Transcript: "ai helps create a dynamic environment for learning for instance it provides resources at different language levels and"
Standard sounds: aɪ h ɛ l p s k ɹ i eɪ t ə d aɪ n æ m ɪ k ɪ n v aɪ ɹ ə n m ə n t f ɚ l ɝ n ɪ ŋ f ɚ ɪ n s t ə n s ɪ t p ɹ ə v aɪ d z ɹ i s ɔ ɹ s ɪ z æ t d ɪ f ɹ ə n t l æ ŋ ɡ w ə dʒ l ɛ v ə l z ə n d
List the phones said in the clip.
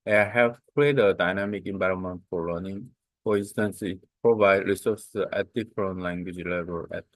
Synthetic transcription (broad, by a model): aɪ h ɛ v k ɹ i eɪ t ə d aɪ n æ m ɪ k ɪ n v aɪ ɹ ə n m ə n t f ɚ l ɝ n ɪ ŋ f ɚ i n s t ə n s ɪ t p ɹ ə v aɪ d ɹ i s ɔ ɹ s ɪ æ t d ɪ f ɹ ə n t l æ ŋ ɡ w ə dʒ l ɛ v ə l ə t